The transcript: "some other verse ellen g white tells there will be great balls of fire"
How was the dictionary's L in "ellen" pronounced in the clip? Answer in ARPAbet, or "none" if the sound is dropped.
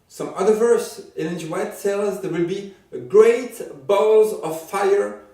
N